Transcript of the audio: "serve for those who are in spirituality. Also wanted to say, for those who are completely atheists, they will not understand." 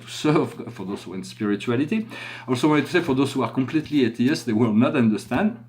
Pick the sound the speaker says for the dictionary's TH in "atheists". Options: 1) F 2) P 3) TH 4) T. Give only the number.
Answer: 4